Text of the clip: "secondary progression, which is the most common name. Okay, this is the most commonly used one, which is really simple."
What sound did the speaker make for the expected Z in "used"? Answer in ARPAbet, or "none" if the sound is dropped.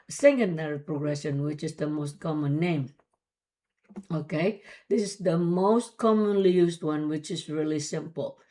S